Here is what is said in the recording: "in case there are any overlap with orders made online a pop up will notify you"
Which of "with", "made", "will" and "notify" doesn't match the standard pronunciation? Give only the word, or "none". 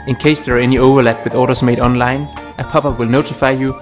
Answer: none